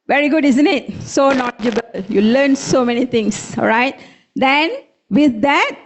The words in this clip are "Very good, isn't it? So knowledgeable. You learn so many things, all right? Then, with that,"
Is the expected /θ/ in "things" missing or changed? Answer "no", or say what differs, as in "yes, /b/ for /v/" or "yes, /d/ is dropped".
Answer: yes, /t/ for /θ/